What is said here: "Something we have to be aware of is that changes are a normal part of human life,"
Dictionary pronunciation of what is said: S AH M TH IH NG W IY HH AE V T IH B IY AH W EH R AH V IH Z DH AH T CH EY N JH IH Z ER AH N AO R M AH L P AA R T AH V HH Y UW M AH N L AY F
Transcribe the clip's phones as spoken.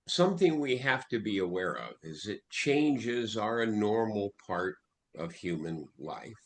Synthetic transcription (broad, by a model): S AH M TH IH NG W IY HH AE F T IH B IY AH W EH R AH V IH Z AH T CH EY N JH IH Z ER AH N AO R M L P AA R T AH V HH Y UW M AH N L AY F